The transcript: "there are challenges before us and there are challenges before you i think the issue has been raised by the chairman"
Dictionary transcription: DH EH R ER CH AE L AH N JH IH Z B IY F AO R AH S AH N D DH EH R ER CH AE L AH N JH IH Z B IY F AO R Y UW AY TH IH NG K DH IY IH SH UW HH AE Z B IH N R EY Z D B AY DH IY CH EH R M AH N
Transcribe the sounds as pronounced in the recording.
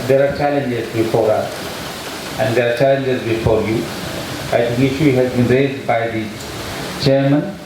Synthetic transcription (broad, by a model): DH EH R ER CH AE L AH N JH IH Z B IY F AO R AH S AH N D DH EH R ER CH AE L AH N JH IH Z B IY F AO R Y UW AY T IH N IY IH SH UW HH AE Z B IH N R EY Z D B AY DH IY CH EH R M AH N